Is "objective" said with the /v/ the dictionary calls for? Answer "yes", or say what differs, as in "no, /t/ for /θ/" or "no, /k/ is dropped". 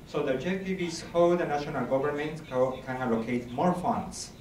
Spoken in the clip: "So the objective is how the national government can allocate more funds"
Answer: no, /b/ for /v/